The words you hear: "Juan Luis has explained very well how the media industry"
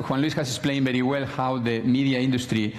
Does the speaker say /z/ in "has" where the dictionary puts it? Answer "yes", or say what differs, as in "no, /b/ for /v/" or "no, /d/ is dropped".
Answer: no, /s/ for /z/